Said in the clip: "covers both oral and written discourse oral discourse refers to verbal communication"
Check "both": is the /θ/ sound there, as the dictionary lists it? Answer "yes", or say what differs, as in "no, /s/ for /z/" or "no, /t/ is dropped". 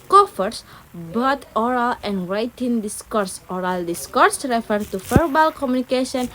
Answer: no, /t/ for /θ/